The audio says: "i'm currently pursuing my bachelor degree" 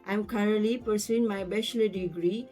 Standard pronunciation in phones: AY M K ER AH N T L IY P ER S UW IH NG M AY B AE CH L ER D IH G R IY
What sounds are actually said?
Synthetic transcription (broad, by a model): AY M K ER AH T L IY P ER S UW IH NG M AY B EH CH L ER D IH G R IY